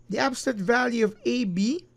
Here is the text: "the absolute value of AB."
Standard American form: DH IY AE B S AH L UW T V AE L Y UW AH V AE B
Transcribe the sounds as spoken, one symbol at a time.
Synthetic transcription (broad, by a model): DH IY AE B S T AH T V AE L Y UW AH V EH B